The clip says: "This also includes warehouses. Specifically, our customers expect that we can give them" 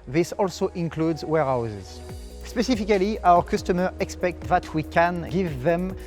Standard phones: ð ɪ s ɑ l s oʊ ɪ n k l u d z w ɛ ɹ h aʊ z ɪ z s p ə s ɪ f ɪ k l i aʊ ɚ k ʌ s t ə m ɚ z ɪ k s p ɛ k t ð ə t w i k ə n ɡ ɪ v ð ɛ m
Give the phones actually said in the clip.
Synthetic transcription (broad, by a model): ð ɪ s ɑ l s oʊ ɪ n k l u d z w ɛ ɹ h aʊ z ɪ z s p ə s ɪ f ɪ k l i aʊ ɚ k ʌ s t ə m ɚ ɪ k s p ɛ k t ð ə t w i k ə n ɡ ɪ v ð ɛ m